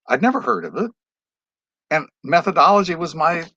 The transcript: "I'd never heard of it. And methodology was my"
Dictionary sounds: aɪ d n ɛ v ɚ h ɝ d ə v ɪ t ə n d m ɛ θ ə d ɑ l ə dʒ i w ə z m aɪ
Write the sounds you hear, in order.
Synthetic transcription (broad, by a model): aɪ d n ɛ v ɚ h ɝ d ə v ɪ t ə n m ɛ θ ə d ɑ l ə dʒ i w ə z m aɪ